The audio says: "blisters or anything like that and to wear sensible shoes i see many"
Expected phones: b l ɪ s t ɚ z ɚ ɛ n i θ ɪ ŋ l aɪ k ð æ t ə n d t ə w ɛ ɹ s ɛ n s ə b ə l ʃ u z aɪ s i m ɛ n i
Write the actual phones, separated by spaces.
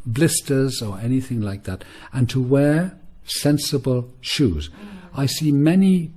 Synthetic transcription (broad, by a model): b l ɪ s t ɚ z ɚ ɛ n i θ ɪ ŋ l aɪ k ð æ t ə n t ə w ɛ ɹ s ɛ n s ə b ə l ʃ u z aɪ s i m ɛ n i